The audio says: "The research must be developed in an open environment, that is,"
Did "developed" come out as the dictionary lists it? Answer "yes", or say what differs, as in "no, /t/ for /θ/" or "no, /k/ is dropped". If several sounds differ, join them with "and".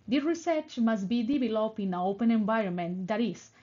no, /t/ is dropped